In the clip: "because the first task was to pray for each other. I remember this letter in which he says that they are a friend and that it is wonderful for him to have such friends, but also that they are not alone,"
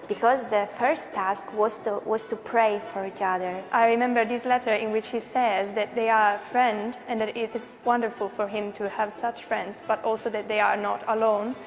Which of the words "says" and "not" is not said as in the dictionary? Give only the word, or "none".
none